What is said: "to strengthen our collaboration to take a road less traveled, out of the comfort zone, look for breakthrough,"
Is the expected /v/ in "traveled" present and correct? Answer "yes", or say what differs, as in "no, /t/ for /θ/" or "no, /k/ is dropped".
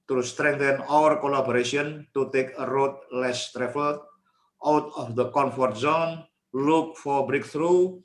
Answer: no, /f/ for /v/